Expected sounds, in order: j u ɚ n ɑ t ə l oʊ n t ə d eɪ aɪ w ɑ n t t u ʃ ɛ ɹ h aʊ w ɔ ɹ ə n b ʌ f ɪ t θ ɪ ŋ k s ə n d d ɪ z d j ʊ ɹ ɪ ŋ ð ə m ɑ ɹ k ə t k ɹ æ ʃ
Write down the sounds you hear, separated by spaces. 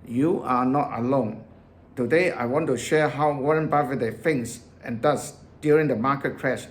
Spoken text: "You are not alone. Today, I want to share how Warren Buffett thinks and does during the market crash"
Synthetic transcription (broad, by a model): j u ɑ n ɑ t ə l oʊ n t ə d eɪ aɪ w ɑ n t t u ʃ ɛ h aʊ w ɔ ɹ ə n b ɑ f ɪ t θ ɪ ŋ s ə n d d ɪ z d j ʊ ɹ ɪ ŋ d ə m ɑ k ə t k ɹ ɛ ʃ